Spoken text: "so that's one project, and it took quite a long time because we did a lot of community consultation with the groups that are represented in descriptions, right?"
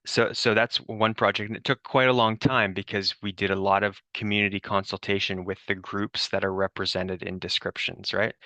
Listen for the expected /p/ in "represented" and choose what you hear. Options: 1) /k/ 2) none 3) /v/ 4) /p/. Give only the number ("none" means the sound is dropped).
4